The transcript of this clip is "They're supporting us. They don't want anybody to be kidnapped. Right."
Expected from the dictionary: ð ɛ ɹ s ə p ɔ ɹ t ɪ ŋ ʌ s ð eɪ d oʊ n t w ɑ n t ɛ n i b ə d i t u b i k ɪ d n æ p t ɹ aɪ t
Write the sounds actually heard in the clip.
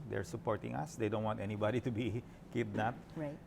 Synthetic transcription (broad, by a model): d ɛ ɹ s ə p ɔ ɹ t ɪ ŋ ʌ s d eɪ d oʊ n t w ɑ n t ɛ n i b ə d i t u b i k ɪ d n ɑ t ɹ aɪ